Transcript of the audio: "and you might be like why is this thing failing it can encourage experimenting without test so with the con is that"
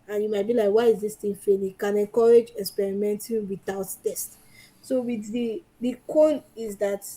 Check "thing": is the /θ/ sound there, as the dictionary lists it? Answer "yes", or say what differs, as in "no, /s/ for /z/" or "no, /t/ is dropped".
no, /t/ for /θ/